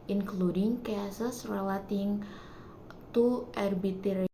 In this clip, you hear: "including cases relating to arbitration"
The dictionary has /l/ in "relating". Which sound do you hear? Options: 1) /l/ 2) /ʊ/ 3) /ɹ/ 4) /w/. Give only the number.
4